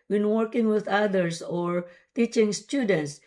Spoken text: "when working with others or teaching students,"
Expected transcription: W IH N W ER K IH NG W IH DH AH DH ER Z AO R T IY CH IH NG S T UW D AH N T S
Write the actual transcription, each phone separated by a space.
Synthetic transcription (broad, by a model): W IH N W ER K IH NG W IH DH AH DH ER S AO R T IY CH IH NG S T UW D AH N T S